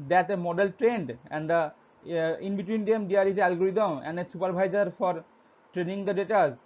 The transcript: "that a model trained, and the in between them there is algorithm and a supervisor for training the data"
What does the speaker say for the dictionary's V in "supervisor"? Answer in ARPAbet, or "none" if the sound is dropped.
B